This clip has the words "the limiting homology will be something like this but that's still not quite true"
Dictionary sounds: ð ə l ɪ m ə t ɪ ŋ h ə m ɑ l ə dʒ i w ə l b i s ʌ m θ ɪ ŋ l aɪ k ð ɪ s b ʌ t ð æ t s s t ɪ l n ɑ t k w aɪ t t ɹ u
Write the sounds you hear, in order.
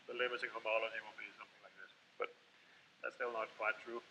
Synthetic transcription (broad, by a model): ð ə l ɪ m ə s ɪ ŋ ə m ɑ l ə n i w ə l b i s ʌ m θ ɪ ŋ l aɪ k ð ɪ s b ʌ t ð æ t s s t ɪ l n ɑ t k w aɪ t t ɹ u